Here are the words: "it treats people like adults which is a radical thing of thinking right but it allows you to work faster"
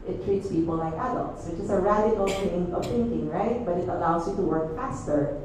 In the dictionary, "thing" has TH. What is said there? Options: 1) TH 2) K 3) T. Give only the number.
3